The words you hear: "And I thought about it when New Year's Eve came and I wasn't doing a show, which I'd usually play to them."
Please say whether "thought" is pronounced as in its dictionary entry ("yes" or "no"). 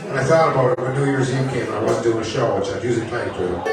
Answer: yes